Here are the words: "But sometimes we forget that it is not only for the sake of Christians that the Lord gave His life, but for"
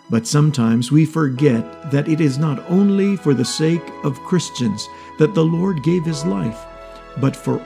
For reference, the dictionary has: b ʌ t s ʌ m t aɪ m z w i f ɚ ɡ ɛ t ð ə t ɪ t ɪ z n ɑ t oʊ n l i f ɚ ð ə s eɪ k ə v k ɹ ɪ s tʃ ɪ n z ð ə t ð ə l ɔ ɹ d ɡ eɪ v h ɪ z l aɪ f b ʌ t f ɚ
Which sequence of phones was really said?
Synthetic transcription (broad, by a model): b ʌ t s ʌ m t aɪ m z w i f ɚ ɡ ɛ t ð ə t ɪ t ɪ z n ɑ t oʊ n l i f ɚ ð ə s eɪ k ə v k ɹ ɪ s tʃ ɪ n z ð ə t ð ə l ɔ ɹ d ɡ eɪ v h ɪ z l aɪ f b ʌ t f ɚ